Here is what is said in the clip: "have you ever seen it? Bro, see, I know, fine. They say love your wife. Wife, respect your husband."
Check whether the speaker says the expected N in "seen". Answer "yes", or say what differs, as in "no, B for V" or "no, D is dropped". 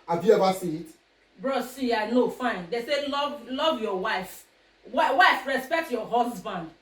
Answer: no, N is dropped